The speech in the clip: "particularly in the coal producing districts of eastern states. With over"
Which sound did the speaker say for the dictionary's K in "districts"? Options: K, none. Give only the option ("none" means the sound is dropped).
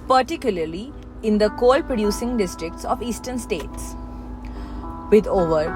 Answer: K